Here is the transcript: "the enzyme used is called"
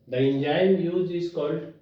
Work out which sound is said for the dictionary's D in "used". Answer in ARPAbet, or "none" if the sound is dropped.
none